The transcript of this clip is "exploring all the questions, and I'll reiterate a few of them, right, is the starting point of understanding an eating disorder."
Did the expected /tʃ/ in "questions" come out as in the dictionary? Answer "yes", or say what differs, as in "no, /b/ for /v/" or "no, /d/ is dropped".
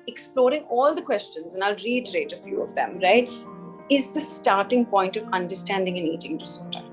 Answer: yes